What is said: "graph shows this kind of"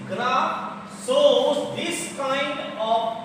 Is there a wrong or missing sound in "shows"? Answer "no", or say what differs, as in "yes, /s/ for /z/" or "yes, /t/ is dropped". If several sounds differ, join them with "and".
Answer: yes, /s/ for /ʃ/